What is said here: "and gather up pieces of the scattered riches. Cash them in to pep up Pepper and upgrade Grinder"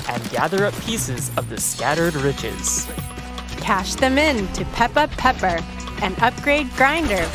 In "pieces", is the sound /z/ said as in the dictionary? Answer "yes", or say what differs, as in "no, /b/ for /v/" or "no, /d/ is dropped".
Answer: yes